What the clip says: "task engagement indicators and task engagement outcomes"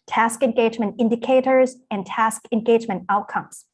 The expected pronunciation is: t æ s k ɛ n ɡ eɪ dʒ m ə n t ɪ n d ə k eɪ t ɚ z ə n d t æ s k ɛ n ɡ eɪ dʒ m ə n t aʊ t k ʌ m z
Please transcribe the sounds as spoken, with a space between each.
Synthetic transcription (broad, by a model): t æ s k ɛ n ɡ eɪ dʒ m ə n t ɪ n d ə k eɪ t ɚ z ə n t æ s k ɛ n ɡ eɪ dʒ m ə n t aʊ t k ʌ m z